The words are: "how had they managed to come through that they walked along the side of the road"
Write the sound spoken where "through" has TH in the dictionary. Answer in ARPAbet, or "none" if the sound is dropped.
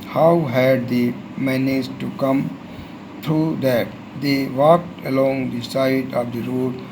T